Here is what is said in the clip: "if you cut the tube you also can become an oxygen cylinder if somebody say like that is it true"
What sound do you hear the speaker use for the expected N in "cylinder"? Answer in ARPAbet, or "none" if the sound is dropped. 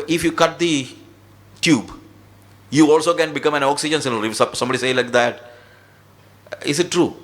none